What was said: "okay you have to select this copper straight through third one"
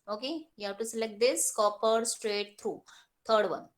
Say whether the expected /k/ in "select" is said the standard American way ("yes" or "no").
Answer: yes